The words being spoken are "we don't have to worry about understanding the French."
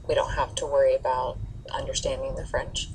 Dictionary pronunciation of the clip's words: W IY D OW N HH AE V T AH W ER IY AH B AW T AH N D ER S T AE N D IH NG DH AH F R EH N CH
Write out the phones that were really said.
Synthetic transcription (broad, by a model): W IY D OW N HH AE F T AH W ER IY AH B AW T AH N D ER S T AE N D IH NG DH AH F R EH N CH